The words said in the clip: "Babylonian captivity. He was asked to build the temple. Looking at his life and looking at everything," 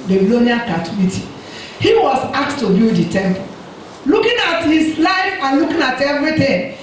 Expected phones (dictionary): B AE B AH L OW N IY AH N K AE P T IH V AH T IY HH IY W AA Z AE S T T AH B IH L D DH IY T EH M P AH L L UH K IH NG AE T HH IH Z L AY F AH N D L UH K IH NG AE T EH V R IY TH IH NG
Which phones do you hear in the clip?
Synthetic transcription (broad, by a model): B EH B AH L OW N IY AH K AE T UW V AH T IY HH IY W AA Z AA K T T AH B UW D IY T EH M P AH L L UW K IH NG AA T HH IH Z L AY F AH N L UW K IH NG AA T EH V R IY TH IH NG